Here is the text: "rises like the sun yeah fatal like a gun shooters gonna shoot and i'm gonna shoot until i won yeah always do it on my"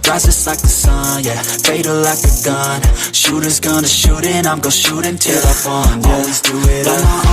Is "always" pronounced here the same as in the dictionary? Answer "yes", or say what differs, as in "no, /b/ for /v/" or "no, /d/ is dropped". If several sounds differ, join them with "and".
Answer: yes